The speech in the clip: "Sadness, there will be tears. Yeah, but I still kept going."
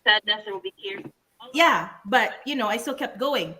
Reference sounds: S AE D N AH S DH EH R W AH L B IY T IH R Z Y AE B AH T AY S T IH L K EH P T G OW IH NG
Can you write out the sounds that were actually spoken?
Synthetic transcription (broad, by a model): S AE D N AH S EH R W AH L B IY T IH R Y AE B AH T AY S T IH L K EH P T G OW IH NG